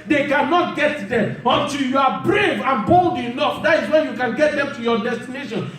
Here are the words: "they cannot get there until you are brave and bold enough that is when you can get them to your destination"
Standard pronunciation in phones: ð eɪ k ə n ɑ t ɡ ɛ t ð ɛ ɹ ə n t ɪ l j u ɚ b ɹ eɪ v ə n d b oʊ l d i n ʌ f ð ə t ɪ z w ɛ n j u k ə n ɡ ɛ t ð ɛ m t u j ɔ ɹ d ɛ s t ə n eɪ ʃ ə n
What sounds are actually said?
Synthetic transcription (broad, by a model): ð eɪ k ə n ɑ t ɡ ɛ t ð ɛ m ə n t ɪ l j u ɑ b ɹ eɪ v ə n b oʊ l d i n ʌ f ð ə t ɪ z w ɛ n j u k ə n ɡ ɛ t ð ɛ m t u j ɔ d ɛ s t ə n eɪ ʃ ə n